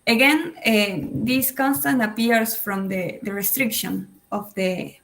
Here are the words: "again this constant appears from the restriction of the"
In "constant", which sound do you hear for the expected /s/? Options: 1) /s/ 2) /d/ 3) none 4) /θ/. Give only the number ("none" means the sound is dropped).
1